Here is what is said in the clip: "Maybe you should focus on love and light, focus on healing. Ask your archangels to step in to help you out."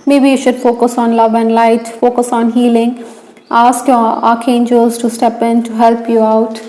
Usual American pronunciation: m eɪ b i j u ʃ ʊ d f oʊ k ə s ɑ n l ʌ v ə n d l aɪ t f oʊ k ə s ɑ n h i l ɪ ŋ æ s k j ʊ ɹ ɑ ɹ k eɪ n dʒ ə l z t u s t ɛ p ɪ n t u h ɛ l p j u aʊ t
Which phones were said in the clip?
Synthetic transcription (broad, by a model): m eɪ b i j u ʃ ʊ d f oʊ k ə s ɑ n l ʌ v ə n d l aɪ t f oʊ k ə s ɑ n h i l ɪ ŋ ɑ s k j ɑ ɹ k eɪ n dʒ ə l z t u s t ɛ p ɪ n t u h ɛ l p j u aʊ t